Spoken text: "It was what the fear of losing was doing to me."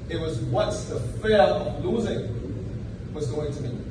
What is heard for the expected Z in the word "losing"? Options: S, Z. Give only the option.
Z